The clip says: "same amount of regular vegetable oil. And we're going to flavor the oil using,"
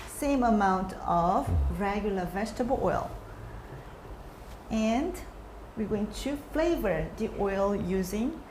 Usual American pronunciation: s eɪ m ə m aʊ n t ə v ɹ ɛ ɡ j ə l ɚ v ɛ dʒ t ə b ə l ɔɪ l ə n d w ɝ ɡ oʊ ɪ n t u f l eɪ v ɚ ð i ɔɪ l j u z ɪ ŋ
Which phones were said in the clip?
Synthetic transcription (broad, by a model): s eɪ m ə m aʊ n t ə v ɹ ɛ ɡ j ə l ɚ v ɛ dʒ t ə b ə l ɔɪ l ə n d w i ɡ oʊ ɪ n t u f l eɪ v ɚ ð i ɔɪ l j u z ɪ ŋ